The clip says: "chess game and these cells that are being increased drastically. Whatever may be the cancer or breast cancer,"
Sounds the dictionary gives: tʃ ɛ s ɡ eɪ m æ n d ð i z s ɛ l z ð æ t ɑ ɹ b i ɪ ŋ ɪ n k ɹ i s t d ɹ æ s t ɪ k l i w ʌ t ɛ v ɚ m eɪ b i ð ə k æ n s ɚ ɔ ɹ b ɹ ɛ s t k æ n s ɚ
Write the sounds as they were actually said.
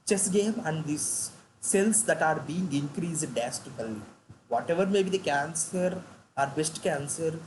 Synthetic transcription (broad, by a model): tʃ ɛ s ɡ eɪ m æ n d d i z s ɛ l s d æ t ɑ ɹ b i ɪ ŋ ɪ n k ɹ i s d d æ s t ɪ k l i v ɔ t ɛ v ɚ m eɪ b i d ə k æ n s ɚ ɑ ɹ b ɛ s t k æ n s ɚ